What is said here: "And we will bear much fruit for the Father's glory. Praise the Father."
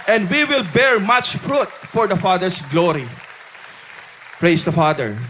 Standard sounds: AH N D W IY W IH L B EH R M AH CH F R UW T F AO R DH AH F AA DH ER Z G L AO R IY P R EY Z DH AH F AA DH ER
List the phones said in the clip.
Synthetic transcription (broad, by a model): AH N D W IY W IH L B EH R M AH CH F R UW T F AO R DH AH F AA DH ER S G L AO R IY P R EY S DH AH F AA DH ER